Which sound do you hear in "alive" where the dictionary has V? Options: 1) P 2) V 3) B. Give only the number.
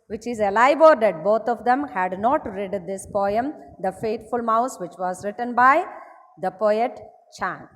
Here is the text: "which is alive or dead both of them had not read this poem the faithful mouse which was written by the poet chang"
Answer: 3